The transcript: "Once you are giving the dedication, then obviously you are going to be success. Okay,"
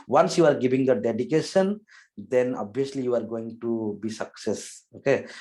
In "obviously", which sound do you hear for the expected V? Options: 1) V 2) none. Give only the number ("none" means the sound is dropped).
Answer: 2